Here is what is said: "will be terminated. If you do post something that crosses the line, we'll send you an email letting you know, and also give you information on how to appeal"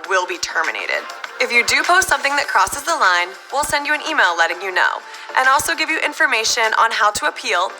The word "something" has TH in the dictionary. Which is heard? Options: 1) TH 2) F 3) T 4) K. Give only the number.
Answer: 1